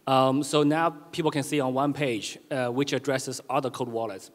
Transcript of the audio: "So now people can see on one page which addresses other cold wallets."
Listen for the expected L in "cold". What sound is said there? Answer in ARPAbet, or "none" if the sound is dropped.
none